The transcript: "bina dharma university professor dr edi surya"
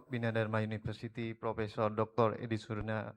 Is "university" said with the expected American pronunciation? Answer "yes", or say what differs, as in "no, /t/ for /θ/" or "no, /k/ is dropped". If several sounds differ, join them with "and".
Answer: no, /f/ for /v/